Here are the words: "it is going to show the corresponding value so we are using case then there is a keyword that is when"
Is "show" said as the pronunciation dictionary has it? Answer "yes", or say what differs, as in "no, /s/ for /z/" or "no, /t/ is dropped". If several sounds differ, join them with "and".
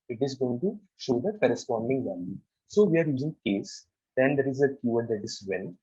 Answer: yes